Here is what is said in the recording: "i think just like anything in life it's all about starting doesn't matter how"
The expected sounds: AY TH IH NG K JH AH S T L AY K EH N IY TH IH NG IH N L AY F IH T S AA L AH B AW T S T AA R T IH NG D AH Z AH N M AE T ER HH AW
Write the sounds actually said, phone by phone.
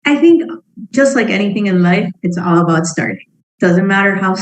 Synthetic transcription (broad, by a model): AY TH IH NG K JH AH S T L AY K EH N IY TH IH NG IH N L AY F IH T S AA L AH B AW T S T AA R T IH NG D AH Z AH N M AE T ER HH AW